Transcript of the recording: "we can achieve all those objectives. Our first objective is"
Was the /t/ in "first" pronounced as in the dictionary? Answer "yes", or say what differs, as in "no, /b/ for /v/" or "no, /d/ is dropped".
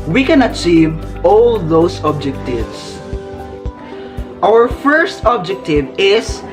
yes